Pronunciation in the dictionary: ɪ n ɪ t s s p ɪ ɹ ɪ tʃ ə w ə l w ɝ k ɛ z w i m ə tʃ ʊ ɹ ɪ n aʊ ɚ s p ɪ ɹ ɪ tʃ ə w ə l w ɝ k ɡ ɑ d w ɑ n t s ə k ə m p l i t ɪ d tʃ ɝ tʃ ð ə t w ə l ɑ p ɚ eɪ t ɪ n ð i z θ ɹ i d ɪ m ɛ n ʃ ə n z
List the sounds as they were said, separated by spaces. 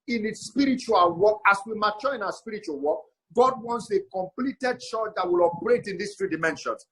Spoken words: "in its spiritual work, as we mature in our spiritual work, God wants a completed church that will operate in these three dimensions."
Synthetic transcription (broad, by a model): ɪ n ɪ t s s p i ɹ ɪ tʃ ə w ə l w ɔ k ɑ s w i m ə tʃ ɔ ɪ n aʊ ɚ s p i ɹ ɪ tʃ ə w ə l w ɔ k ɡ ɑ d w ɑ n t s ə k ə m p l i t ɪ d ʃ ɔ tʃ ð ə t w ə l ɑ p ɚ eɪ t ɪ n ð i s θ ɹ i d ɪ m ɛ n ʃ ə n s